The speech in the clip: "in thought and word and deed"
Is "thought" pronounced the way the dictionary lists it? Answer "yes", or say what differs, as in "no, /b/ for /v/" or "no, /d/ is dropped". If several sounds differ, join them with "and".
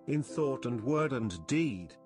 yes